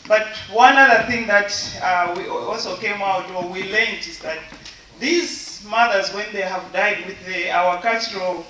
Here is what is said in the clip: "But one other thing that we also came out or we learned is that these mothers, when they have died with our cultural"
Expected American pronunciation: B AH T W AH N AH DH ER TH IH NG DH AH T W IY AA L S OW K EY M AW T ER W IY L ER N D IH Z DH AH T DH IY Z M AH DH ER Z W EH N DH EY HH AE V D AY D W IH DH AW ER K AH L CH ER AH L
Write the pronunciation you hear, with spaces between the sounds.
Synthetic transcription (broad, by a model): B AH T W AH N AH DH ER TH IH NG DH AH T W IY AA L S OW K EY M AW T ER W IY L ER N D IH Z DH AH T DH IY Z M AH DH ER Z W EH N DH EY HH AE V D AY D W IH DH AW ER K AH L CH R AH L